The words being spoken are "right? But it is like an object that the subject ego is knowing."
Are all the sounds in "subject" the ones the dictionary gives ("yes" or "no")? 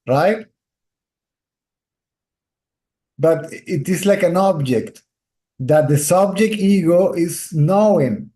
yes